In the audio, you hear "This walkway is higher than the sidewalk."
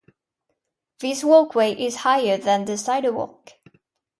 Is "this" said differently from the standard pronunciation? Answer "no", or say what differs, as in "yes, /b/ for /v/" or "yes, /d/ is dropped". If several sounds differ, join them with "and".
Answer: no